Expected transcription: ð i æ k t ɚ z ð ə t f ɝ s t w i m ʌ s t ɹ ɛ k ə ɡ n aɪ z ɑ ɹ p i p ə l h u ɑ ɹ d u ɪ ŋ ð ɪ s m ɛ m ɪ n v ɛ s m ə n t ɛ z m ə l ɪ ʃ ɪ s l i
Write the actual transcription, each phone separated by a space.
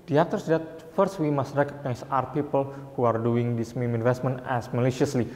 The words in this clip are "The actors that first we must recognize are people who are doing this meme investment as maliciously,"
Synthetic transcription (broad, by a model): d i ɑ t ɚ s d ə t f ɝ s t w i m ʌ s t ɹ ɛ k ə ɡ n aɪ s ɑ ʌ p i p ə l h u ɑ ɹ d u ɪ ŋ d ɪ s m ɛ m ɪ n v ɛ s m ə n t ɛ s m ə l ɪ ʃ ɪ s l i